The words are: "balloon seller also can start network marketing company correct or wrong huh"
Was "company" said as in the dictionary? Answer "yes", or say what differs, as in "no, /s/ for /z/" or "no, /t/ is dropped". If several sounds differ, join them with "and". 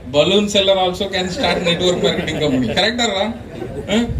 no, /p/ is dropped